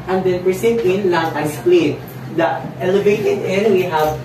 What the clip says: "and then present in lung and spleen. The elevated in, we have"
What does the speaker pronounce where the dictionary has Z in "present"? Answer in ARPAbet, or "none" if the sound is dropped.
S